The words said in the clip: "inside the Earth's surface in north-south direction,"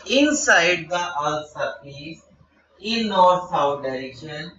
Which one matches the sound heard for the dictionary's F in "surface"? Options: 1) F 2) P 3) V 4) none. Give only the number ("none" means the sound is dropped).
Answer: 2